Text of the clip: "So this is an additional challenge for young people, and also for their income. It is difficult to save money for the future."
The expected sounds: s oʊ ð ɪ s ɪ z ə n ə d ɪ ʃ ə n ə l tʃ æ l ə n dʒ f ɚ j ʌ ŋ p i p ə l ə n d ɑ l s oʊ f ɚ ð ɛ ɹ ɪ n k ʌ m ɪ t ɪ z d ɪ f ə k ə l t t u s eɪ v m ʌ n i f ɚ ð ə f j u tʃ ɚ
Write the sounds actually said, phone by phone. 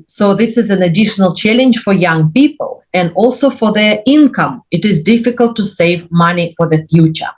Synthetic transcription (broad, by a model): s oʊ ð ɪ s ɪ z ə n ə d ɪ ʃ ə n ə l tʃ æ l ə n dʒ f ɚ j ʌ ŋ p i p ə l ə n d ɑ l s oʊ f ɚ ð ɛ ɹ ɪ n k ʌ m ɪ t ɪ z d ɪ f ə k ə l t t u s eɪ v m ʌ n i f ɚ ð ə f j u tʃ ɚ